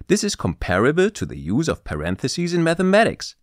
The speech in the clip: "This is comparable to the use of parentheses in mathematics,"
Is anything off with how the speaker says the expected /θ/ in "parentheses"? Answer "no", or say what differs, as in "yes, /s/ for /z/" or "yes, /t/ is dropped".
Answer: no